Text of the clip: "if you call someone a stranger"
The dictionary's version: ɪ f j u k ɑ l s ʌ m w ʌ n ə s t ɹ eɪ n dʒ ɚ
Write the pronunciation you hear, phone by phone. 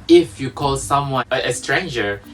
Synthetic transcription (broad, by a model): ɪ f j u k ɑ l s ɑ m w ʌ ə s t ɹ eɪ n dʒ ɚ